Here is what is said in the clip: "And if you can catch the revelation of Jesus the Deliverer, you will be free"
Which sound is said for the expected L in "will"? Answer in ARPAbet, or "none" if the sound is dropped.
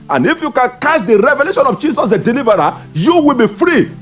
L